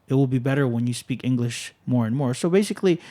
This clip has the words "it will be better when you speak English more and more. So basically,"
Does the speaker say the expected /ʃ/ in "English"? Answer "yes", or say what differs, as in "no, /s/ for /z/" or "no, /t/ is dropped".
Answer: yes